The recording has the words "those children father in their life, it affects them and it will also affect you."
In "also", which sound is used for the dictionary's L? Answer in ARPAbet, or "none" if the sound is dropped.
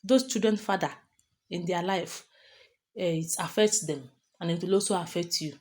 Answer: none